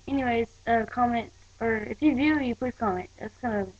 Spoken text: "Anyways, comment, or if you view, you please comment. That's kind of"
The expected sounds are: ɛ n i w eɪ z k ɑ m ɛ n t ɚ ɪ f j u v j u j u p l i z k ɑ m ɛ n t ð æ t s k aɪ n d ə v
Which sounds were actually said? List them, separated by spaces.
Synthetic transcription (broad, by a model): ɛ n i w eɪ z k ɑ m ɛ n t ɚ ɪ f j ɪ v j u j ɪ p ʊ k ɑ m ɛ n t ð æ t s k aɪ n d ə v